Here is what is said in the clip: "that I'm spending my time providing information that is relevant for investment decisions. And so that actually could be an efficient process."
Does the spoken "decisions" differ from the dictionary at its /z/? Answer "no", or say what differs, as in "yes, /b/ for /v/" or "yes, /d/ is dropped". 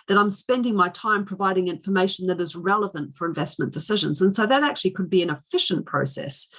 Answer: no